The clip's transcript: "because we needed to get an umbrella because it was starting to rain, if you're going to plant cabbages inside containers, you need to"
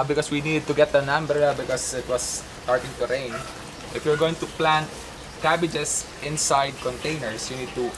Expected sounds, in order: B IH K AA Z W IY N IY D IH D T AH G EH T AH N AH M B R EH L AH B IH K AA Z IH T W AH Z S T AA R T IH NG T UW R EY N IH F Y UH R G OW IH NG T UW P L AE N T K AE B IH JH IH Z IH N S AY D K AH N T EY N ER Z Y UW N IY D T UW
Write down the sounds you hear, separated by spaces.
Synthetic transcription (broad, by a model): B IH K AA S W IY N IY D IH D T AH G EH T AH N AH M B EH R B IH K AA S IH T W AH S T AA R T IH NG T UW R EY N IH F Y UH R G OW IH NG T UW P L AE N T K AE B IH JH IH S IH N S AY D K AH N T EY N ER S Y UW N IY D T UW